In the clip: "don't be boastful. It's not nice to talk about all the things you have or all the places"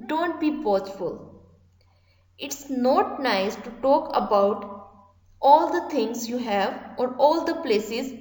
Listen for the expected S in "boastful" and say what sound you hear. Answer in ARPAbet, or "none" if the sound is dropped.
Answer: none